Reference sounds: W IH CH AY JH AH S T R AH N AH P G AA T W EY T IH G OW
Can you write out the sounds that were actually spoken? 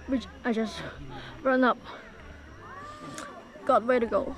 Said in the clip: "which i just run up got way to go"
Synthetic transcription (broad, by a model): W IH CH AY JH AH S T R AH N AH P G AA T W EY T IH G OW